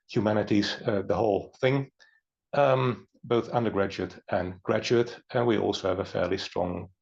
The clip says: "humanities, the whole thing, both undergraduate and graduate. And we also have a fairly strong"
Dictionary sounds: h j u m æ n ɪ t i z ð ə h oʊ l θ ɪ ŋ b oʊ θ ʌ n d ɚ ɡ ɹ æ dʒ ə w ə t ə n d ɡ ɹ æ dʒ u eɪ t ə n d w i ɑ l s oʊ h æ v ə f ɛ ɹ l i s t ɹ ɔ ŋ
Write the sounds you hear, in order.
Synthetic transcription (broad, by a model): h j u m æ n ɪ t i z ð ə h oʊ l θ ɪ ŋ b oʊ θ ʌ n d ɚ ɡ ɹ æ dʒ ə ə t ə n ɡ ɹ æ dʒ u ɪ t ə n w i ɑ l s oʊ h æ v ə f ɛ ɹ l i s t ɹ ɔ ŋ